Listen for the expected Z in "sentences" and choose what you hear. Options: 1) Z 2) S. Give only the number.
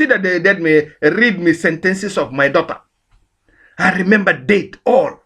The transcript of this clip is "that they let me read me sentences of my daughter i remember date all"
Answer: 2